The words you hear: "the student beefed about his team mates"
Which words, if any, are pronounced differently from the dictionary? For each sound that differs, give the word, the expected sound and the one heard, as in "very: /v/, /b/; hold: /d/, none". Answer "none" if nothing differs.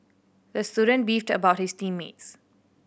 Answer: none